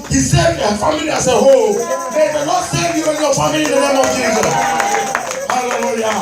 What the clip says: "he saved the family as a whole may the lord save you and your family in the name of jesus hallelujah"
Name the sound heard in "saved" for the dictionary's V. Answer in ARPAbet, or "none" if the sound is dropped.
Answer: none